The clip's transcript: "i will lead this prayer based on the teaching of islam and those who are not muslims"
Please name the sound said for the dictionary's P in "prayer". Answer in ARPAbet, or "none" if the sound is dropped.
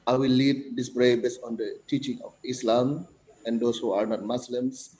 B